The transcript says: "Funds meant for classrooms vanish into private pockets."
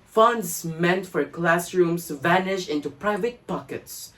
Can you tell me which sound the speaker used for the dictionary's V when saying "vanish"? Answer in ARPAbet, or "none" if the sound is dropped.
V